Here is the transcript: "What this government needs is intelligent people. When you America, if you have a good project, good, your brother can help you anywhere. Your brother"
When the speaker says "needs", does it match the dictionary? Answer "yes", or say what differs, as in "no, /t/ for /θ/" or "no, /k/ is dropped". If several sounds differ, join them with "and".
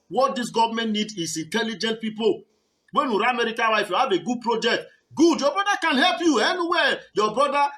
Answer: no, /z/ is dropped